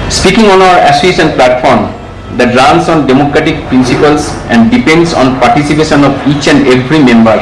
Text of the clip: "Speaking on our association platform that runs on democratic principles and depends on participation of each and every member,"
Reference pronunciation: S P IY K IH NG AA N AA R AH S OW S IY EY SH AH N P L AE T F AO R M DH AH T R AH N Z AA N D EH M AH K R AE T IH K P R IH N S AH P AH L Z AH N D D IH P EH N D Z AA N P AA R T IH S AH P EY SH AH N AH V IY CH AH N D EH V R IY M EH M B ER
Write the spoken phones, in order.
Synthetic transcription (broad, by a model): S P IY K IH NG AA N AA W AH EH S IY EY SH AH N P L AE T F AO R M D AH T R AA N S AA N D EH M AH K R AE T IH K P R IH N S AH P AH L S AH N D D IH P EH N D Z AA N P AA R T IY S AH P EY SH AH N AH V IY CH AH N D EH F R IY M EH M B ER